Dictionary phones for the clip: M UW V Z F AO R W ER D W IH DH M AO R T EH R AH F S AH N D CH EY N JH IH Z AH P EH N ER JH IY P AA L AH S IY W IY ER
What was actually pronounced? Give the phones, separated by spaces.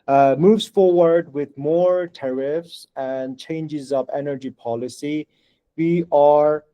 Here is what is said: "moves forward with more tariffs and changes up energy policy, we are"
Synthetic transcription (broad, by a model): M UW V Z F AO R W ER D W IH DH M AO R T EH R AH F S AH N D CH EY N JH IH Z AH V EH N ER JH IY P AA L AH S IY W IY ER